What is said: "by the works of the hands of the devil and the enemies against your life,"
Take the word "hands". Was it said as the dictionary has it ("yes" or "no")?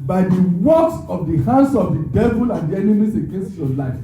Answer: no